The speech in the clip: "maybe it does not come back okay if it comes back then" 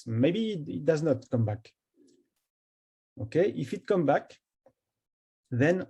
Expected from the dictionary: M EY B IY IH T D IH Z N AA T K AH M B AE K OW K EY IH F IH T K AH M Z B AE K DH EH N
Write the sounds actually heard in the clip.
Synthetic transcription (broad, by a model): M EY B IY IH T D IH Z N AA T K AH M B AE K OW K EY IH F IH T K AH M B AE K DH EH N